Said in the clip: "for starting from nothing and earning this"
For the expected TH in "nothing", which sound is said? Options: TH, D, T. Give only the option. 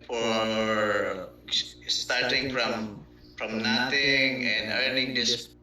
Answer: T